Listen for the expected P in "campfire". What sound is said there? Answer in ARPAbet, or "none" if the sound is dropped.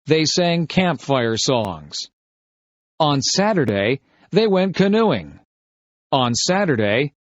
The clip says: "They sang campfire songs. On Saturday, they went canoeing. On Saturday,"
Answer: P